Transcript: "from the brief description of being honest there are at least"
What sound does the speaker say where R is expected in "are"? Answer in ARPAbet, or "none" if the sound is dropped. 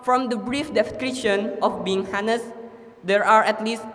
R